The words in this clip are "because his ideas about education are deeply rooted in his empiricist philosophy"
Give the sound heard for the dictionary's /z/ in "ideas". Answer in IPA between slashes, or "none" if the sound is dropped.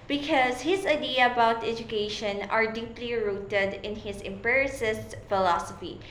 none